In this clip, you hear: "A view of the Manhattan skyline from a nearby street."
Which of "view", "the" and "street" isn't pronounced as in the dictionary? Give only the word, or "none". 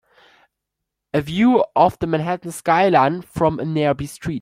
none